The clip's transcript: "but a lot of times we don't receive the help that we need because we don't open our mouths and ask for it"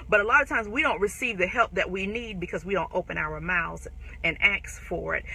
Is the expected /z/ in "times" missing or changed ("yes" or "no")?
no